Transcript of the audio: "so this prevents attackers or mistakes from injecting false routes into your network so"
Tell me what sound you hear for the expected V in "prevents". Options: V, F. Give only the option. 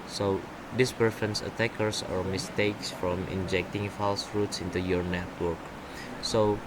F